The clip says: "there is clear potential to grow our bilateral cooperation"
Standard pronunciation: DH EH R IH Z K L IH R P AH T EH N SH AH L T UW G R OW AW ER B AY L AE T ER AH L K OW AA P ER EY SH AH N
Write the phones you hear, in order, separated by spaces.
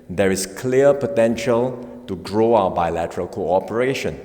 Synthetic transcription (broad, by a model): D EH R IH S K L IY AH P AH T EH N SH AH L T UW G R OW AW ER B AY L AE T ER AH L K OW AA P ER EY SH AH N